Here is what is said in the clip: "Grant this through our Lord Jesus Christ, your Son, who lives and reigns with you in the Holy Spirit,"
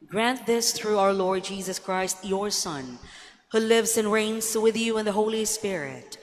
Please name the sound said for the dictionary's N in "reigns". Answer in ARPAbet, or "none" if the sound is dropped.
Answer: N